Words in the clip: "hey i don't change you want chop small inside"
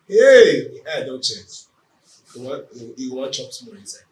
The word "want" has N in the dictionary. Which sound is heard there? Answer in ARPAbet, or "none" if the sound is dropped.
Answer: none